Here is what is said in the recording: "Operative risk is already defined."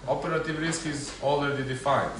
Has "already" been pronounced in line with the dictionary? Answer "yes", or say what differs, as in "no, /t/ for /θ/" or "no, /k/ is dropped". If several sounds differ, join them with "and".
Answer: no, /l/ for /ɹ/